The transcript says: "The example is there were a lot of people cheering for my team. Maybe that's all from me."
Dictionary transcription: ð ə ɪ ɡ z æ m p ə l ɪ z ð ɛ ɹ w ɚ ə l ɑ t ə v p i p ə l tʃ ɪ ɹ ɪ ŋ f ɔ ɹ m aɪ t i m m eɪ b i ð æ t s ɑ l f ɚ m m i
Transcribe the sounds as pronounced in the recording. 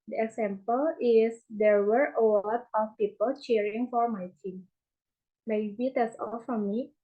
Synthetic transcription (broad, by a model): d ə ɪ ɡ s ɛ m p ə l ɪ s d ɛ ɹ w ɚ ə w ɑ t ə f p i p ə l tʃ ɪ ɹ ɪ ŋ f ɔ ɹ m aɪ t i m m eɪ b i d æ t s ɑ l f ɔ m m i